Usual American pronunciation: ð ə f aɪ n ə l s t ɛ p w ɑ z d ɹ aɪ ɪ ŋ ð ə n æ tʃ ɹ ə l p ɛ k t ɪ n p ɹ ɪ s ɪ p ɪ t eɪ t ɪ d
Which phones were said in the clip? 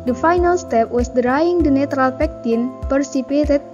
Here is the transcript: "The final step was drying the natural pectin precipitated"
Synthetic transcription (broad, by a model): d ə f aɪ n ə l s t ɛ p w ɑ s d ɹ aɪ ɪ ŋ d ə n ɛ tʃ ɹ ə l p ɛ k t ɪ n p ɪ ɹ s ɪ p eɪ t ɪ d